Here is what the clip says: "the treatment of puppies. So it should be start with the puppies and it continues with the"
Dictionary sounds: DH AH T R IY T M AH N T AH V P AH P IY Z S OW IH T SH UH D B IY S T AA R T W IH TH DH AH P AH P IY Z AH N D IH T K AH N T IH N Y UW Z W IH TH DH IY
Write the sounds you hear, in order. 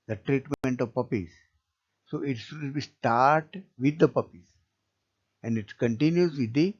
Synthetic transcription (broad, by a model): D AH T R IY T M AH N T AH V P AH P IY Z S OW IH T S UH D B IY S T AA R T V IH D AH P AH P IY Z AH N D IH T K AH N T IH N Y UW Z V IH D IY